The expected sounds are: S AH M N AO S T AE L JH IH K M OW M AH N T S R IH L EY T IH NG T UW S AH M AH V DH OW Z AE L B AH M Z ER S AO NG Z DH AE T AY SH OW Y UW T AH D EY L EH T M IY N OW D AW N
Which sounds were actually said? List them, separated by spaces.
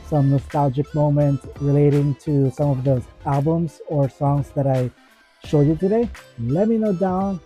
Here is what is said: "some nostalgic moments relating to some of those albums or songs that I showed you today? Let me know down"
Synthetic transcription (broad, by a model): S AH M N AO S T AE L JH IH K M OW M AH N T S R IH L EY T IH NG T UW S AH M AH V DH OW AE L B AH M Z ER S AO NG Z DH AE T AY SH OW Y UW T AH D EY L EH T M IY N OW D AW N